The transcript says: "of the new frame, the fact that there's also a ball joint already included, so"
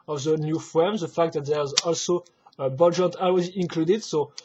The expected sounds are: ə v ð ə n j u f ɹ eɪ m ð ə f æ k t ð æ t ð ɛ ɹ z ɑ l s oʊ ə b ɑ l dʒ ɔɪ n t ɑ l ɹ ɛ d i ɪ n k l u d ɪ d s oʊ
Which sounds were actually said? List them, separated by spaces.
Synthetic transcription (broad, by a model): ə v ð ə n j u f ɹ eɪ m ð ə f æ k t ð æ t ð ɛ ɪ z ɑ l s oʊ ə b ɑ l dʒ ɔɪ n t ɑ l w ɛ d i ɪ n k l u d ɪ d s oʊ